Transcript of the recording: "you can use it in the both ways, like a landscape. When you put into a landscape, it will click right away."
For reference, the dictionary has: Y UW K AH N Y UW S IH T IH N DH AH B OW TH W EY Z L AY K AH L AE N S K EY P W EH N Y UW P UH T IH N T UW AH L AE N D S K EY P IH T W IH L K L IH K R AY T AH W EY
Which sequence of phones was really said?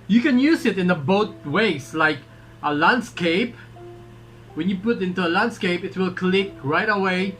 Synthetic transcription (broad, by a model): Y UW K AH N Y UW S IH T IH N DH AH B OW T W EY S L AY K AH L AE N S K EY P W EH N Y UW P UH T IH N T UW AH L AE N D S K EY P IH T W IH L K L IH K R AY T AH W EY